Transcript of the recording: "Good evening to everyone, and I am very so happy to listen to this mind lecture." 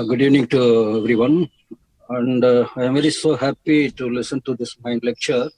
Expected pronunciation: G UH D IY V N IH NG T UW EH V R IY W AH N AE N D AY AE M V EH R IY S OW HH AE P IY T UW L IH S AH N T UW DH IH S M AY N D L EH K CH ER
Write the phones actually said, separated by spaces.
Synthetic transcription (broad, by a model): G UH D IY V N IH NG T UW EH V R IY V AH N AE N D AY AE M V EH R IY S OW HH AE P IY T UW L IH S AH N T UW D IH S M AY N D L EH K CH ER